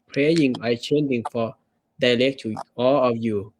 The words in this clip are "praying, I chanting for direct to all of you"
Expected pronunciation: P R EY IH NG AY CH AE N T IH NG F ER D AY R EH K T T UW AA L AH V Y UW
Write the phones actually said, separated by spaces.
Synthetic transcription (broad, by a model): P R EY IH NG AY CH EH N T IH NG F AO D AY L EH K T T UW AA L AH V Y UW